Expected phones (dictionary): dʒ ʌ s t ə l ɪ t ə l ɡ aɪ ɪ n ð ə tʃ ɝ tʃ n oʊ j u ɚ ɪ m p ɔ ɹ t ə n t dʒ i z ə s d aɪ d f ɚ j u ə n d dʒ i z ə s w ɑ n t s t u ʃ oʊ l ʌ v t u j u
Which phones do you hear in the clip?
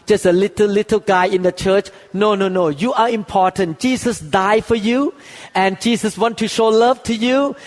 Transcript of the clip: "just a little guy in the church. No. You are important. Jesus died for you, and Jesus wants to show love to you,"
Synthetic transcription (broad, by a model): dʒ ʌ s t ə l ɪ t ə l ɡ aɪ ɪ n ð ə tʃ ɝ tʃ n oʊ j u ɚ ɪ m p ɔ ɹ t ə n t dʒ i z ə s d aɪ f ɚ j u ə n dʒ i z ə s w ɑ n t t u ʃ oʊ l ʌ v t u j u